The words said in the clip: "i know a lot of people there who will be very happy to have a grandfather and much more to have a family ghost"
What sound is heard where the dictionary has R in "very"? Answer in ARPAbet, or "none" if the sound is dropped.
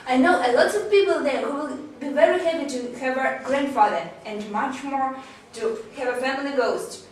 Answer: R